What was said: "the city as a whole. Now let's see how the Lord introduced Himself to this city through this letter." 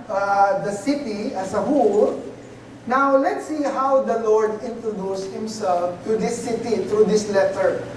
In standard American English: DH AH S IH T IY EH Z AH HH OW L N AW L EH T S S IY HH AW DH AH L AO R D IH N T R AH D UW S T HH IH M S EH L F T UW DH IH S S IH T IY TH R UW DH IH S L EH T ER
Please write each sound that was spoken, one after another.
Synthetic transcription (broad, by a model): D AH S IH T IY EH S AH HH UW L N AW L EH T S S IY HH AW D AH L AO R D IH N T R AH D UW S T HH IH M S EH L F T UW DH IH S S IH T IY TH R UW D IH S L EH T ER